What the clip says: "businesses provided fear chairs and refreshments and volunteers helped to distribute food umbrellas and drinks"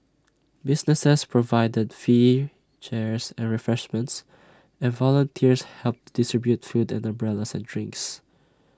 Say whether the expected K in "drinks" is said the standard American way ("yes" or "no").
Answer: yes